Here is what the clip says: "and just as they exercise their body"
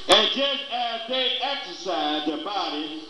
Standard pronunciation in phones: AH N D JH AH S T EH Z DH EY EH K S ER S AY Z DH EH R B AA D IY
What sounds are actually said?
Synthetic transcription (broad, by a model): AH N JH AH S T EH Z DH EY EH K S ER S AY Z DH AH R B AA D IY